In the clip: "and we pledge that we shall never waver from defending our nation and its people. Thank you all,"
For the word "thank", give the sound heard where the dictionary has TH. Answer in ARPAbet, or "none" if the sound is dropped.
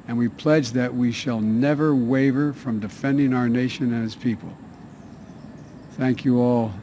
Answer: TH